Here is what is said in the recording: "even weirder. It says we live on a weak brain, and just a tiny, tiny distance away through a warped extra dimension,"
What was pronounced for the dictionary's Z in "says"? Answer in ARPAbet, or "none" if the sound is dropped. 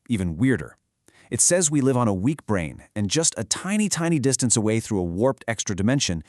Z